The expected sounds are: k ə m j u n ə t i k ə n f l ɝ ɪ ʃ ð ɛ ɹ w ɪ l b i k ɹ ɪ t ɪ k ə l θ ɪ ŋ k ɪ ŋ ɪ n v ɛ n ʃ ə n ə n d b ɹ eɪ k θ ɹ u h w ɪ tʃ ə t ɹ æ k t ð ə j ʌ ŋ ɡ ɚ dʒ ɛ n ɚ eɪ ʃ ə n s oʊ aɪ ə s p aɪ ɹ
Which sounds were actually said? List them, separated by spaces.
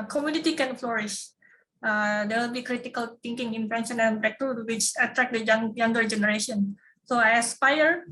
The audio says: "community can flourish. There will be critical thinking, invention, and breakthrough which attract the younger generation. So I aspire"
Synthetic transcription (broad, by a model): k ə m j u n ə t i k ə n f l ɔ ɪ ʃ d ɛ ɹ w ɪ l b i k ɹ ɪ t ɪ k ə l t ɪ ŋ k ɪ ŋ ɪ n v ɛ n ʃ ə n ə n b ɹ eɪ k t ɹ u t w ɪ tʃ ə t ɹ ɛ k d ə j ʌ ŋ ɡ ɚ dʒ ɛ n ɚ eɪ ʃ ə n s oʊ aɪ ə s p aɪ ɹ